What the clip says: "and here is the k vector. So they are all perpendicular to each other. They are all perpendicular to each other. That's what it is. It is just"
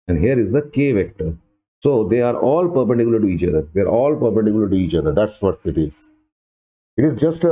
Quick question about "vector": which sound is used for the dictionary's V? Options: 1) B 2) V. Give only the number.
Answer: 2